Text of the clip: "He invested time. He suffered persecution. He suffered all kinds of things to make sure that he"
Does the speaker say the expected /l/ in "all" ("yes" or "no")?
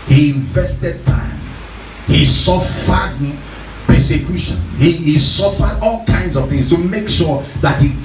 yes